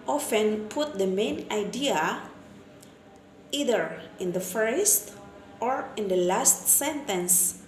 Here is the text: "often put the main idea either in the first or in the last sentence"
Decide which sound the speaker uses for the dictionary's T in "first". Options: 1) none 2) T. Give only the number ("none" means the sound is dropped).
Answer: 2